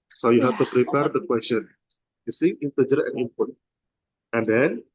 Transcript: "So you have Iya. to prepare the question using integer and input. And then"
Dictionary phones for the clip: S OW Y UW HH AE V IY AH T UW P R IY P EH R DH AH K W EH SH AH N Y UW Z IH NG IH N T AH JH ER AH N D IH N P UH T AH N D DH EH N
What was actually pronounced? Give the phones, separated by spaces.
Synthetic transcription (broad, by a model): S OW Y UW HH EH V T UW P R IY P EH R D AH K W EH S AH N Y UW S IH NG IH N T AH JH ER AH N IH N P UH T AH N D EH N